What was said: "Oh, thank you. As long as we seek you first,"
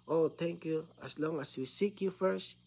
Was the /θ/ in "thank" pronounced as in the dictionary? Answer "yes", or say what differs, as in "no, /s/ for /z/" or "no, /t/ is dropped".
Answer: no, /t/ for /θ/